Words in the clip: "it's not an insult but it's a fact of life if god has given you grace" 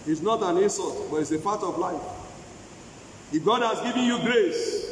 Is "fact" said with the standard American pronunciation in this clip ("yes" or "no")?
no